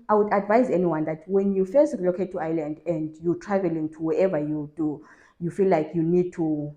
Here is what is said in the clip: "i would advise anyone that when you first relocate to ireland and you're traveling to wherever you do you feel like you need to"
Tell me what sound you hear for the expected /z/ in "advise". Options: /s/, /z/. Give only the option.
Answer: /z/